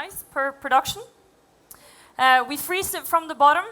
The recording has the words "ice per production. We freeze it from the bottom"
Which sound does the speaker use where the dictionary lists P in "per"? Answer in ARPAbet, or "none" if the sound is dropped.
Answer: P